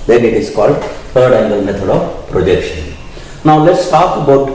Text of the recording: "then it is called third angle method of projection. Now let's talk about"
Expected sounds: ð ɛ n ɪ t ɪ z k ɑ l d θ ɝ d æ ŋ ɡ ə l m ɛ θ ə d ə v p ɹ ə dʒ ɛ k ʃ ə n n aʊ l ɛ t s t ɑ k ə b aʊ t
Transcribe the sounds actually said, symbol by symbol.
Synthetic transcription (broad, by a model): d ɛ n ɪ t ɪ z k ɑ l d t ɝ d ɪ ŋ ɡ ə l m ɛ t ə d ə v p ɹ ə dʒ ɛ k ʃ ə n n aʊ l ɛ t s t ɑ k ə b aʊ t